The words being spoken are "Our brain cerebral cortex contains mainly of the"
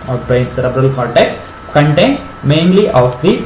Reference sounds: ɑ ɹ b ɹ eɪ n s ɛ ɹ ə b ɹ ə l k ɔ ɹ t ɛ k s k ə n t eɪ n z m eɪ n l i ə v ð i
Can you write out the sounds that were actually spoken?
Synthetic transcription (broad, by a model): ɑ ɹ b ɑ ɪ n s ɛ ɹ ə b ɹ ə l k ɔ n t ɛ k s k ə n t eɪ n s m eɪ n l i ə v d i